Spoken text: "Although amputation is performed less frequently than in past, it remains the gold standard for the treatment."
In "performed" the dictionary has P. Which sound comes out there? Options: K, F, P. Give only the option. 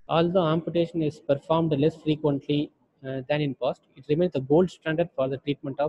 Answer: P